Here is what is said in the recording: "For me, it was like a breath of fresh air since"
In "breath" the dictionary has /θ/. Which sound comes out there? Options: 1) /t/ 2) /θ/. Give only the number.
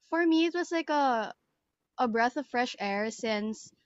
2